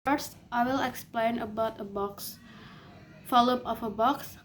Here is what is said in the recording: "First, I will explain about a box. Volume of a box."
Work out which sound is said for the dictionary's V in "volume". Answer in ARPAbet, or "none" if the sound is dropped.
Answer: F